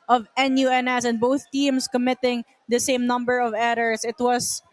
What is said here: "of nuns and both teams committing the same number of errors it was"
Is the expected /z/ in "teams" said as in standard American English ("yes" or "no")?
no